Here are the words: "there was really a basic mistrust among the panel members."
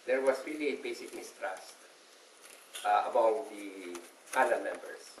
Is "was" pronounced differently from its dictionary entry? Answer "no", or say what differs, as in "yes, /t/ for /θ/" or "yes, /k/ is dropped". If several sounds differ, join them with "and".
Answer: yes, /s/ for /z/